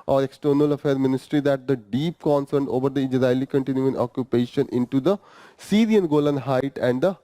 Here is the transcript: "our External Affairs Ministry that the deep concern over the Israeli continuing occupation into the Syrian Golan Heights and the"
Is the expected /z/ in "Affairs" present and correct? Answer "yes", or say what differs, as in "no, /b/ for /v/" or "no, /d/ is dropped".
no, /z/ is dropped